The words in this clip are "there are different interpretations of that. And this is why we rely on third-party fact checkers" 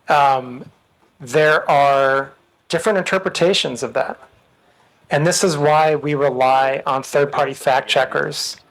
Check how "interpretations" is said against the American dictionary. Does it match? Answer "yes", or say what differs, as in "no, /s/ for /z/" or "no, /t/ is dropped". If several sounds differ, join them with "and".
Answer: yes